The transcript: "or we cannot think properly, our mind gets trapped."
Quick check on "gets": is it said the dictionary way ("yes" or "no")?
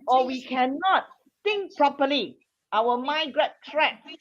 no